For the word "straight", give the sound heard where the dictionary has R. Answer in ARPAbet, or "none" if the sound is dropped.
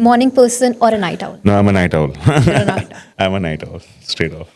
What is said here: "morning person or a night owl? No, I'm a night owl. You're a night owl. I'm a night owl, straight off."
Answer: none